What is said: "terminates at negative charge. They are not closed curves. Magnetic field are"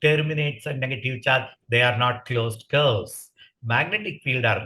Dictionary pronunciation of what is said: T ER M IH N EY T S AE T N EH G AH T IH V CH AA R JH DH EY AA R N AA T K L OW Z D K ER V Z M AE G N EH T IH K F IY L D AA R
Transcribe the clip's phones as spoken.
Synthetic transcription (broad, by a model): T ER M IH N EY T S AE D N EH G AH T IH V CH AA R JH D EY AA R N AA T K L OW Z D K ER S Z M AE G N EH T IH K F IY L D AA R